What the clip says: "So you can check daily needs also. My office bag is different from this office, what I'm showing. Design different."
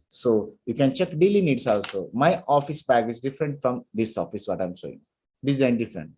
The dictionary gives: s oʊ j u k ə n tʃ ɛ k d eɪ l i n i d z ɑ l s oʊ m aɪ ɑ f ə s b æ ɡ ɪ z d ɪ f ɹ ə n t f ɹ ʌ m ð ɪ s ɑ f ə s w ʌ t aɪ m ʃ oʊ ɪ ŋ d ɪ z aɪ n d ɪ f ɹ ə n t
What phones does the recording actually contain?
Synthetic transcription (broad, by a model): s oʊ j u k ə n tʃ ɛ k d eɪ l i n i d s ɑ l s oʊ m aɪ ɑ f ə s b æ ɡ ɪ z d ɪ f ɹ ə n t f ɹ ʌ m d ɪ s ɑ f ə s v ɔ t aɪ m s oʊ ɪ ŋ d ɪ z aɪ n d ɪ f ɹ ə n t